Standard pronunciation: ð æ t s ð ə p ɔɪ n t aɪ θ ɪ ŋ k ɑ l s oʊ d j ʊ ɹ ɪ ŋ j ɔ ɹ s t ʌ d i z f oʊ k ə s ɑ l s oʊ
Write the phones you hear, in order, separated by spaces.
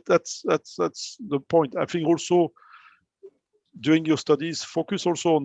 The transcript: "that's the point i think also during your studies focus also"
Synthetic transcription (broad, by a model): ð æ t s ð ə p ɔɪ n t aɪ f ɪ ŋ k ɑ l s oʊ d j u ɪ ŋ j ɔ s t ʌ d i z f oʊ k ə s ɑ l s oʊ